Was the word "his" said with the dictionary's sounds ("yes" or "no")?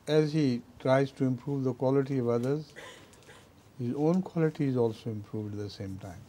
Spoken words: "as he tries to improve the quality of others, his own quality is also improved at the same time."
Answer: yes